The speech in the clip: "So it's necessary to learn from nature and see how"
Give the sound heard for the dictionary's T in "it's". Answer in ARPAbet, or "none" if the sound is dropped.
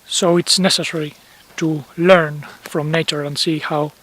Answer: T